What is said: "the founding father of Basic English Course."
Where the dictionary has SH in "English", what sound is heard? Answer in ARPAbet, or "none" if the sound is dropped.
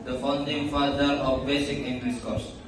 S